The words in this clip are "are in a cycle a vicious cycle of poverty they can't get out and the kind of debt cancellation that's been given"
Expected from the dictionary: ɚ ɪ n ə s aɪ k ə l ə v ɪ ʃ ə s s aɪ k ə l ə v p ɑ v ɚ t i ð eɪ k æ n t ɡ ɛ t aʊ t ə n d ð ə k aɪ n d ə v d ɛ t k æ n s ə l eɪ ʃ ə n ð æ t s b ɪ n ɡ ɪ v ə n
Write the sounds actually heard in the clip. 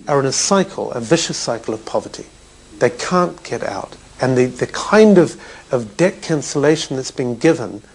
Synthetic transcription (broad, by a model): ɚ ɪ n ə s aɪ k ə l ə v ɪ ʃ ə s s aɪ k l ə v p ɑ v ɚ t i ð eɪ k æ n ɡ ɛ t aʊ t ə n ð ð ə k aɪ n d ə v d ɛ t k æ n s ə l eɪ ʃ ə n ð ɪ t s b ɪ n ɡ ɪ v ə n